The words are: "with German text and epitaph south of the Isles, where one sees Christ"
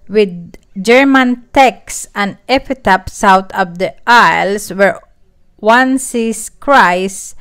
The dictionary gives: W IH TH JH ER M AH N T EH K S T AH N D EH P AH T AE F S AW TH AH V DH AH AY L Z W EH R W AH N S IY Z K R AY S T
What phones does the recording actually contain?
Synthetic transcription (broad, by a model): W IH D JH ER M AH N T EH K S AH N D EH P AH T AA P S AW T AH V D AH AY L S W EH R W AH N S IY S K R AY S